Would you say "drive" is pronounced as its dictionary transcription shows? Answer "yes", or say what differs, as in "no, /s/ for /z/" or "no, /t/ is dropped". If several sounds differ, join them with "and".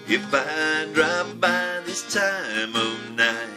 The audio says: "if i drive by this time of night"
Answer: no, /p/ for /v/